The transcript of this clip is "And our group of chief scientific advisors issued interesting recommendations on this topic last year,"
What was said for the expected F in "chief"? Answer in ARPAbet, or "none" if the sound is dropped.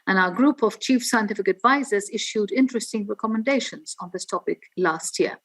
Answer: F